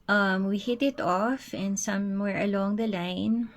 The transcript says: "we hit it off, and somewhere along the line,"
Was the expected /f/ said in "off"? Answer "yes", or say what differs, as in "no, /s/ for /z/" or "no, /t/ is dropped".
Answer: yes